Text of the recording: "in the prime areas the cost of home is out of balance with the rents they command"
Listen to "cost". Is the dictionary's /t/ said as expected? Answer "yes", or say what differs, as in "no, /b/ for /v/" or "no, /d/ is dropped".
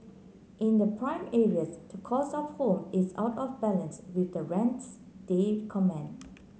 no, /t/ is dropped